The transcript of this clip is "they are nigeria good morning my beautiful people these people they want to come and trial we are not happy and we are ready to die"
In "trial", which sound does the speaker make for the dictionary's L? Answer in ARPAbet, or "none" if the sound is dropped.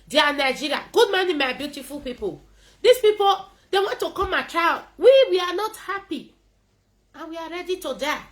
W